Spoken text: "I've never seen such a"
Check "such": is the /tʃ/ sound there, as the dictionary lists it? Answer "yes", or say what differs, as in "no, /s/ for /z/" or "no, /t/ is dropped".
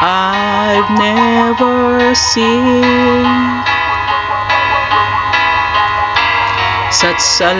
no, /s/ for /tʃ/